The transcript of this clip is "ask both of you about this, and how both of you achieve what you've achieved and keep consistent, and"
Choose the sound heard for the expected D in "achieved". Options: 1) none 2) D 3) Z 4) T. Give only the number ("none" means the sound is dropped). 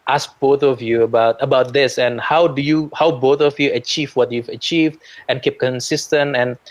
2